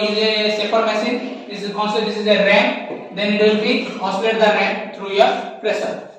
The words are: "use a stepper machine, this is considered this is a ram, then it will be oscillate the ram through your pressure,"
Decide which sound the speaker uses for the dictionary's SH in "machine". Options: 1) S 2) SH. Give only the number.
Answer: 1